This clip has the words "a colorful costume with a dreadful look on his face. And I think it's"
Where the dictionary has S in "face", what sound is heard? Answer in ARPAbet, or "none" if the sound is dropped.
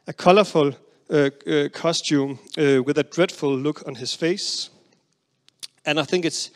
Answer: S